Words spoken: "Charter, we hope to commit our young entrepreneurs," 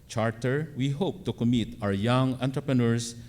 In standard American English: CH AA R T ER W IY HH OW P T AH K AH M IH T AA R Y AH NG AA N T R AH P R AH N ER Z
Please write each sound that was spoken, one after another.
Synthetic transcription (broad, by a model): CH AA R T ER W IY HH OW P T AH K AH M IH T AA W Y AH NG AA N T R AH P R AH N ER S